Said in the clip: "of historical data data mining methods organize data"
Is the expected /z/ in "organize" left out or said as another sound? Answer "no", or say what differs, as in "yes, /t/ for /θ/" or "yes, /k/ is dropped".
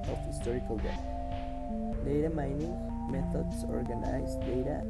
yes, /s/ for /z/